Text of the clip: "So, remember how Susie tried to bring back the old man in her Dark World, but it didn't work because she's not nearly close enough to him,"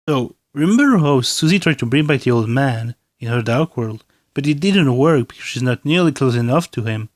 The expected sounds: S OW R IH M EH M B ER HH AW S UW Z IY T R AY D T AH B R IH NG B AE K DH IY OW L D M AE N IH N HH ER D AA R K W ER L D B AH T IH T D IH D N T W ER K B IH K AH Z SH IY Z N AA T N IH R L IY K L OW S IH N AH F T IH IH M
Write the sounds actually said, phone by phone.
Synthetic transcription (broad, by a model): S OW R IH M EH M B ER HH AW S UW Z IY T R AY D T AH B R IH NG B AE K DH IY OW L D M AE N IH N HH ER D AA R K W ER L D B AH T IH T D IH D N T W ER K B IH K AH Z SH IY Z N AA T N IH R L IY K L OW S IH N AH F T IH IH M